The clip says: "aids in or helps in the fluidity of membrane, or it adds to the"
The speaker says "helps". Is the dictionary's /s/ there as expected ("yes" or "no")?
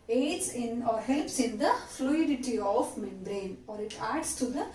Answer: yes